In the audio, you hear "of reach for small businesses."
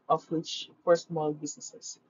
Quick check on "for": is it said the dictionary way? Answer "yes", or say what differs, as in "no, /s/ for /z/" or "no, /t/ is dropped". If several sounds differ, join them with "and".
no, /p/ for /f/